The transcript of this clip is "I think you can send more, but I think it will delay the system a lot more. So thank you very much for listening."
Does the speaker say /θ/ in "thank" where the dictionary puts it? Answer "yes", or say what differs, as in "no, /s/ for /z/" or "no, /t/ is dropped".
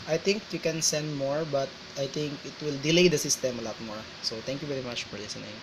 no, /t/ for /θ/